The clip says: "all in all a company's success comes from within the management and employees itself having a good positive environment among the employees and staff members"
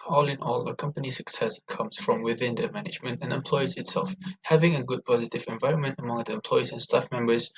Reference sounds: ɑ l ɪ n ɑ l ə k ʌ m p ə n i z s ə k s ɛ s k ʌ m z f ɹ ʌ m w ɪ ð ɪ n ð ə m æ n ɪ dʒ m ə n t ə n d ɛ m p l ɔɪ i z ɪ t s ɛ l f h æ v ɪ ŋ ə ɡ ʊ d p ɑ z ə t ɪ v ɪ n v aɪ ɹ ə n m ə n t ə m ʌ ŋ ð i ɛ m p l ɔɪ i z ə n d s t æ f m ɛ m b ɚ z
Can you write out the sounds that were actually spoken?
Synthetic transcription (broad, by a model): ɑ l ɪ n ɑ l ə k ʌ m p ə n i s ə k s ɛ s k ʌ m z f ɹ ʌ m w ɪ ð ɪ n ð ə m æ n ɪ dʒ m ə n t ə n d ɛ m p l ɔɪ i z ɪ t s ɛ l f h æ v ɪ ŋ ə ɡ ʊ d p ɑ z ə t ɪ v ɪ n v aɪ ɹ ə n m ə n t ə m ʌ ŋ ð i ɛ m p l ɔɪ i z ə n s t æ f m ɛ m b ɚ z